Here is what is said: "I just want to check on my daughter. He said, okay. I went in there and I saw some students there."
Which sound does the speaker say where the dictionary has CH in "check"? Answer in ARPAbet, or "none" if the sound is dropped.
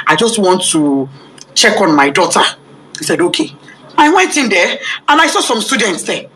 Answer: CH